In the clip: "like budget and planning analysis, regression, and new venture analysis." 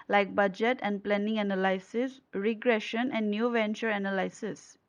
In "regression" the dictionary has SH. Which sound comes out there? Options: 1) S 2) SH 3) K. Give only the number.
2